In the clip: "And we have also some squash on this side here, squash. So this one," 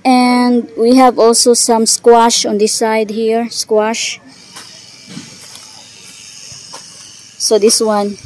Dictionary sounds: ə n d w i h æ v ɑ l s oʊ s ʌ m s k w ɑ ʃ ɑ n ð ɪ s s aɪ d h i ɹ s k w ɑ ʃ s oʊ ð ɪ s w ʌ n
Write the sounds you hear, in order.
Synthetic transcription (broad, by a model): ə n d w i h æ v ɑ l s oʊ s ʌ m s k w ɑ ʃ ɑ n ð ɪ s s aɪ d h i ɹ s k w ɑ ʃ s oʊ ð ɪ s w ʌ n